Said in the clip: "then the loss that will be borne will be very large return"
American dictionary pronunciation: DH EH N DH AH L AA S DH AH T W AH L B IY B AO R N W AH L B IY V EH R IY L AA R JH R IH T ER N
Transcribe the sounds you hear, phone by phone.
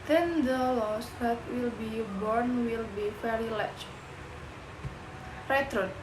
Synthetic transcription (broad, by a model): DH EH N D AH L AA S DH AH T W AH L B IY B AO R N W AH L B IY F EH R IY L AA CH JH R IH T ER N